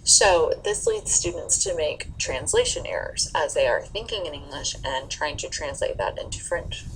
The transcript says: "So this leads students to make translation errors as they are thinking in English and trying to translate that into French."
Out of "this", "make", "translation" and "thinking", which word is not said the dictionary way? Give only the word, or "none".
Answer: none